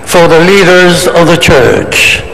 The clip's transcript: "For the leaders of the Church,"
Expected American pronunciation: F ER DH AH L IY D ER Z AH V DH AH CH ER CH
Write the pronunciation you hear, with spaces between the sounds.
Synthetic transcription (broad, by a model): F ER DH AH L IY D ER Z AH V DH AH CH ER CH